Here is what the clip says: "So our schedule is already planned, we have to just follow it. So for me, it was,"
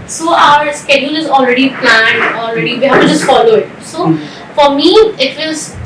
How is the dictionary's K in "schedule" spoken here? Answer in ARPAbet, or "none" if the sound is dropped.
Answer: K